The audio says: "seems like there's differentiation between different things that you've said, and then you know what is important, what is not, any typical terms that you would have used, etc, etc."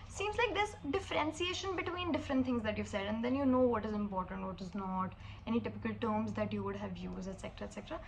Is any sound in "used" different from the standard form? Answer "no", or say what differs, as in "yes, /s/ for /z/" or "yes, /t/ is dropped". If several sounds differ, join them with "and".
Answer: yes, /d/ is dropped